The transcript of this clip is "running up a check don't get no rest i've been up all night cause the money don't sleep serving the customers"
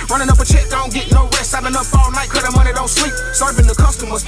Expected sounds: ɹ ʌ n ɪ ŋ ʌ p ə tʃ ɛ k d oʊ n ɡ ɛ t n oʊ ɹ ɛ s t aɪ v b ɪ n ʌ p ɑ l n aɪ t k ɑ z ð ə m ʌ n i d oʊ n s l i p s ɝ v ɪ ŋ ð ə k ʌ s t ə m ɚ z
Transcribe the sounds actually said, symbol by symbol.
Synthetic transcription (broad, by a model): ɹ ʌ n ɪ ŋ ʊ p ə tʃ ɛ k d oʊ n ɡ ɛ t n oʊ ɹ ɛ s aɪ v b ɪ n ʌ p ɑ l n aɪ t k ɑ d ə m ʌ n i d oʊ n s l i p s ɝ v ɪ ŋ ð ə k ʌ s t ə m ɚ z